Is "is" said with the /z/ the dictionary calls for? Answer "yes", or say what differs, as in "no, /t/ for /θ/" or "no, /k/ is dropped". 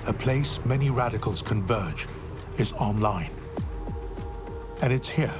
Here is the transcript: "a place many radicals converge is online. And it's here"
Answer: yes